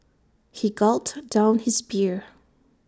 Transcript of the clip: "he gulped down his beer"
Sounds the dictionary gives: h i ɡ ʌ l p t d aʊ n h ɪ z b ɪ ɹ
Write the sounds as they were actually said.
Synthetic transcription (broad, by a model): h i ɡ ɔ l t d aʊ n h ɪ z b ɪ ɹ